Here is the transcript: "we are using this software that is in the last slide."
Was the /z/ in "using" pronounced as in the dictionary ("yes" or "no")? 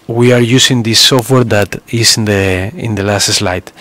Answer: no